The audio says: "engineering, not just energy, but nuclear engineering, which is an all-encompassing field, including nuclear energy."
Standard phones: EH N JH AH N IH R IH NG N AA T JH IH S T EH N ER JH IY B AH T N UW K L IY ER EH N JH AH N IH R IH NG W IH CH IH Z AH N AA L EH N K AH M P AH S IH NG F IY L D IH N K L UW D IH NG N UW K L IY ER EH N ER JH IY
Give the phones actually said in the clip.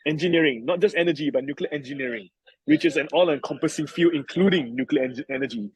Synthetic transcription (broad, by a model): EH N JH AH N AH R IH NG N AA T JH IH S T EH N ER JH IY B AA T N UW K L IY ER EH N JH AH N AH R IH NG W IH CH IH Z AH N AA L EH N K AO M P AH S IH NG F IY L IH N K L UW D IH NG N UW K L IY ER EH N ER JH IY